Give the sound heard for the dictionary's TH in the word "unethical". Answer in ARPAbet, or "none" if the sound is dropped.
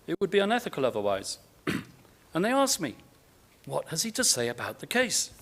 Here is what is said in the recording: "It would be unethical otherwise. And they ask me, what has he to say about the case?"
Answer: TH